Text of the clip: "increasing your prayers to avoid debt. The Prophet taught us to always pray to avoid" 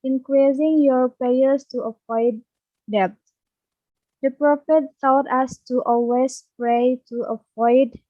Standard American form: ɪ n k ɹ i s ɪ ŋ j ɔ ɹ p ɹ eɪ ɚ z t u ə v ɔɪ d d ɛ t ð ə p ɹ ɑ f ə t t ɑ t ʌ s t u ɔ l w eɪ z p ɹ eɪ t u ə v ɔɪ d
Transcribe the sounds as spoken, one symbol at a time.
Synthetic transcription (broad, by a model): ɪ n k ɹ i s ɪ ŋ j ɔ ɹ p eɪ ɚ s t u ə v ɔɪ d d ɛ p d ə p ɹ ɑ f ə t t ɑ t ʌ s t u ɔ l w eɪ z p ɹ eɪ t u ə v ɔɪ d